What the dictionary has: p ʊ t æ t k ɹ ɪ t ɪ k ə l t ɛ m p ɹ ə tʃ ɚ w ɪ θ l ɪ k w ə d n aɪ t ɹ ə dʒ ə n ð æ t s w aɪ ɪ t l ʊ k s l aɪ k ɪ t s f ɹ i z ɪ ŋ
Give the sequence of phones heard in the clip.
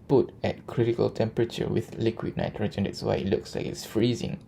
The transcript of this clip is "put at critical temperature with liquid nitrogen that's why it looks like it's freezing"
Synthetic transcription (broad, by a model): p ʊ t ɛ t k ɹ ɪ t ɪ k ə l t ɛ m p ɹ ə tʃ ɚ w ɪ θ l ɪ k w ə d n aɪ t ɹ ə dʒ ə n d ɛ t s w aɪ ɪ t l ʊ k s l aɪ k ɪ t s f ɹ i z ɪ ŋ